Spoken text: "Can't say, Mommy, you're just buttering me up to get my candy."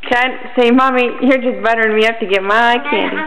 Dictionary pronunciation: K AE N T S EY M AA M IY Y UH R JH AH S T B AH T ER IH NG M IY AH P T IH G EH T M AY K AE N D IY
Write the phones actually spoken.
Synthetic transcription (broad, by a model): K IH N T S EY M AA M IY Y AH R JH AH S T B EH T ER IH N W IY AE F T IH G EH T M AY K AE N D IY